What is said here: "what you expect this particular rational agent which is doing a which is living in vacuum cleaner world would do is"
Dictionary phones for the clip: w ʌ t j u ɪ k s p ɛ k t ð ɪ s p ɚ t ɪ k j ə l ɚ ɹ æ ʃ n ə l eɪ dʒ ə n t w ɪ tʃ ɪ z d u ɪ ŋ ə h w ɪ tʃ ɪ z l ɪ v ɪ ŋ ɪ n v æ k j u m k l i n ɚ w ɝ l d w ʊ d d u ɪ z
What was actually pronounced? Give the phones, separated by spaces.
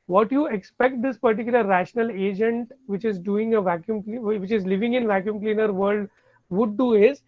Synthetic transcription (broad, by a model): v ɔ t j u ɪ k s p ɛ k t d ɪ s p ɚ t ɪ k j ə l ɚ ɹ æ ʃ n ə l eɪ dʒ ə n t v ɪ tʃ ɪ z d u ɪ ŋ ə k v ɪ tʃ ɪ z l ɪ v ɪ ŋ ɪ n v æ k j u m k l i n ɚ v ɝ l d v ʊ d d u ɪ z